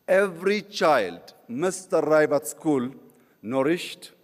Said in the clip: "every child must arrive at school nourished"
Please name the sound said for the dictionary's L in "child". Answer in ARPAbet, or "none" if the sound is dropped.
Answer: L